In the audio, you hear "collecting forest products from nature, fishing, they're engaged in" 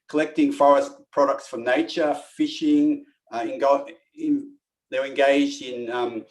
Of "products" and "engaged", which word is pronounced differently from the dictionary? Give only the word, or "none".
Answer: none